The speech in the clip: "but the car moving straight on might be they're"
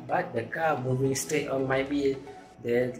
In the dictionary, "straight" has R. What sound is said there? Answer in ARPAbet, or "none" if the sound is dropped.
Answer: none